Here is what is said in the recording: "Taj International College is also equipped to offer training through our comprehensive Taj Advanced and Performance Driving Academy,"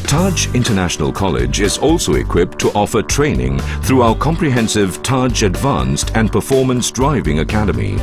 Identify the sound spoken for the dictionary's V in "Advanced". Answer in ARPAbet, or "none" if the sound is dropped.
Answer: V